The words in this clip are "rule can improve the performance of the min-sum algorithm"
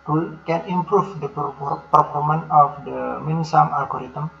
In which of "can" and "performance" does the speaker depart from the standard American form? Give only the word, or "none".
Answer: performance